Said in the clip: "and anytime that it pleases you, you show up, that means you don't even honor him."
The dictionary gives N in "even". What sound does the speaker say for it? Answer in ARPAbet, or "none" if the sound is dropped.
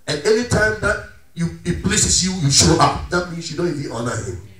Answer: none